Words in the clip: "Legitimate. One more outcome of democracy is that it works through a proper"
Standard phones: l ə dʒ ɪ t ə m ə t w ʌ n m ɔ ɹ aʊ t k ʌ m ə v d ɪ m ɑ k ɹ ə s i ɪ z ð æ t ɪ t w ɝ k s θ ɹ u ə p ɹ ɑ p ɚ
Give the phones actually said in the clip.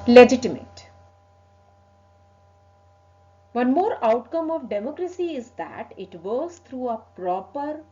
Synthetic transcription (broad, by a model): l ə dʒ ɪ t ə m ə t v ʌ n m ɔ ɹ aʊ t k ʌ m ə v d ɪ m ɑ k ɹ ə s i ɪ z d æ t ɪ t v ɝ s t ɹ u ə p ɹ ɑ p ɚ